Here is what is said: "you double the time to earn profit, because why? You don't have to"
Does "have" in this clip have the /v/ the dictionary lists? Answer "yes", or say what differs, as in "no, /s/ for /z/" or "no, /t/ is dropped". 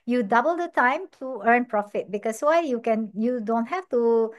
no, /f/ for /v/